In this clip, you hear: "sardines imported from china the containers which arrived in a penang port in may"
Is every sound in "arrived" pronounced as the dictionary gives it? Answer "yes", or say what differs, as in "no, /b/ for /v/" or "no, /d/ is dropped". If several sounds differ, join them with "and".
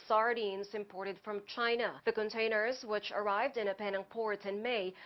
yes